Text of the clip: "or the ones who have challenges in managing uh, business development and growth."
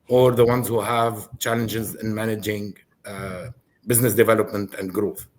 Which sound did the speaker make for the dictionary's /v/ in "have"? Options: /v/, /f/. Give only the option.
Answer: /v/